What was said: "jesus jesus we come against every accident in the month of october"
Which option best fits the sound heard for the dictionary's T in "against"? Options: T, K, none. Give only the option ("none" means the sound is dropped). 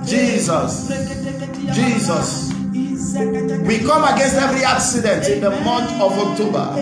T